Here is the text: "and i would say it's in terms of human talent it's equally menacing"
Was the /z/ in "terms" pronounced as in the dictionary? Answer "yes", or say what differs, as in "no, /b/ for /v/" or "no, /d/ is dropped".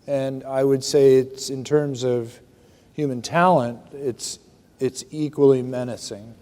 yes